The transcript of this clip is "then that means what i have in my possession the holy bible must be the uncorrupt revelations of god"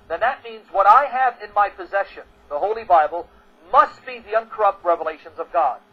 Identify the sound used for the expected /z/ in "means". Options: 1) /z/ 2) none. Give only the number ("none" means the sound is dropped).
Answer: 1